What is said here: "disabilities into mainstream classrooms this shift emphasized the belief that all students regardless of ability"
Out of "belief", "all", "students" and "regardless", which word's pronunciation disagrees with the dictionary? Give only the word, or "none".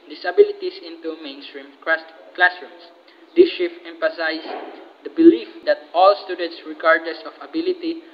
regardless